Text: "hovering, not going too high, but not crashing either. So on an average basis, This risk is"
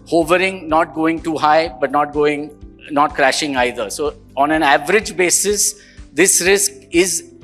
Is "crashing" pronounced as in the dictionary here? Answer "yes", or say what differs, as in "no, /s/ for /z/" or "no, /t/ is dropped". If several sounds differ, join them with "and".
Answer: yes